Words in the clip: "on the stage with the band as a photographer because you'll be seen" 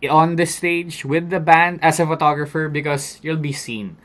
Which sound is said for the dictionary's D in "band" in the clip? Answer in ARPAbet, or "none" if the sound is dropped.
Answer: D